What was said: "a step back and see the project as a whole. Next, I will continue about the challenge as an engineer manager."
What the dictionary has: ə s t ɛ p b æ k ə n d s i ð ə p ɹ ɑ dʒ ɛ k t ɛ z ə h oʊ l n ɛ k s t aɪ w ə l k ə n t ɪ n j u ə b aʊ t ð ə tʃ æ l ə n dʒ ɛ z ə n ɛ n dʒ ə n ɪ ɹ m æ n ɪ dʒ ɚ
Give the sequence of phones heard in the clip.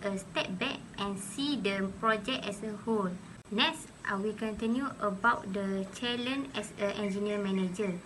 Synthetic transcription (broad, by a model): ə s t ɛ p b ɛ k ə n s i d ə p ɹ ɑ dʒ ɛ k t ɛ s ə h oʊ l n ɛ k s t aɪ w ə k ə n t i n j u ə b aʊ t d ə tʃ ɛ l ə n ɛ s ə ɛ n dʒ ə n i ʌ m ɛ n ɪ dʒ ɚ